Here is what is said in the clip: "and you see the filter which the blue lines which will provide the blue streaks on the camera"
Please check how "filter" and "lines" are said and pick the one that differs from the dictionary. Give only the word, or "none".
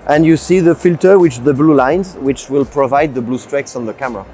none